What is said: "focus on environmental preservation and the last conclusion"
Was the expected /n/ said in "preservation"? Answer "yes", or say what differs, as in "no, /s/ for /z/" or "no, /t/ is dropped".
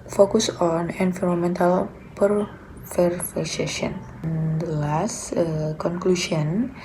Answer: no, /n/ is dropped